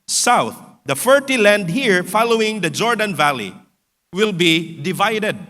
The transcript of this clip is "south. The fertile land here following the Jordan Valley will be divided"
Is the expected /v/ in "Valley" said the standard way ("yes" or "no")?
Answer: yes